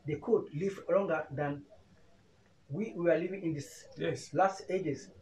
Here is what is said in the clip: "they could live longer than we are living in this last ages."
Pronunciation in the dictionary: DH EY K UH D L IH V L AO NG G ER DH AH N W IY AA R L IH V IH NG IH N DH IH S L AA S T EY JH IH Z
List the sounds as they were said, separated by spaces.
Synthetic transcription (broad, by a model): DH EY K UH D L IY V L AO NG G ER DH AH N W IY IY W L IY V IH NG IH N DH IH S L AA S T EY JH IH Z